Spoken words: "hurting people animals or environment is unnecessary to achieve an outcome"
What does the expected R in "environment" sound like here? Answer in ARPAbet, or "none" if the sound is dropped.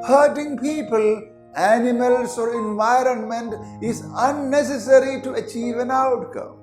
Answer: R